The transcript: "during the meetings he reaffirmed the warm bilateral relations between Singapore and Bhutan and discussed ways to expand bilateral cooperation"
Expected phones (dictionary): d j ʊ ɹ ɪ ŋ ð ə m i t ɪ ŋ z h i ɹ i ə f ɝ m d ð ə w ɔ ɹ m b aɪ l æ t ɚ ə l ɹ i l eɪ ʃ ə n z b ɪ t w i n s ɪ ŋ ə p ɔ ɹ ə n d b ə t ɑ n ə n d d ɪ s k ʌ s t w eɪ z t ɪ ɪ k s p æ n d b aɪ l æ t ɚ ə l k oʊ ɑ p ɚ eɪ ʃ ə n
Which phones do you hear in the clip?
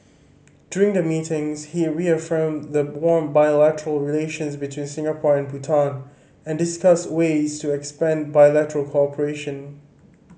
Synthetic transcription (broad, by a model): d j ʊ ɹ ɪ ŋ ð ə m i t ɪ ŋ z h i ɹ i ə f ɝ m ð ə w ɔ ɹ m b aɪ l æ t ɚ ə l ɹ i l eɪ ʃ ə n z b ɪ t w i n s ɪ ŋ ə p ɔ ɹ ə n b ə t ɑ n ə n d d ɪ s k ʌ s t w eɪ z t ɪ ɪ k s p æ n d b aɪ l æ t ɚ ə l k oʊ ɑ p ɚ eɪ ʃ ə n